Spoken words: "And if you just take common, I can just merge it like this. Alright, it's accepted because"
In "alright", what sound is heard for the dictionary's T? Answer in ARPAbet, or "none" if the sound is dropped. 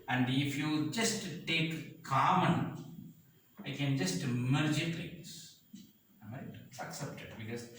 none